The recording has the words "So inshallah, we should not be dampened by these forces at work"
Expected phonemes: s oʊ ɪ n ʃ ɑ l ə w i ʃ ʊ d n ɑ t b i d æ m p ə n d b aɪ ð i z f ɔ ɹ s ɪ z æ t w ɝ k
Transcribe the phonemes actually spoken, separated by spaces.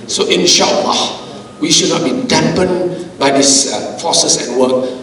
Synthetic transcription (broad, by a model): s oʊ ɪ n ʃ ɑ l ə w i ʃ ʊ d n ɑ t b i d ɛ m p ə n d b aɪ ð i s f ɔ s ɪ s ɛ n w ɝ k